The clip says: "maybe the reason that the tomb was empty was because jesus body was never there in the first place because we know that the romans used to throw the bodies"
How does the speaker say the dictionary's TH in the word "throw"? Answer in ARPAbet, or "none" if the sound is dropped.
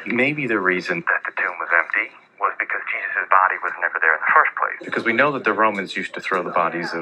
TH